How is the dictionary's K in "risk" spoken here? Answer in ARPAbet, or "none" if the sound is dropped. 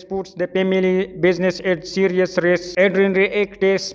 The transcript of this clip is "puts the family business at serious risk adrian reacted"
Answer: none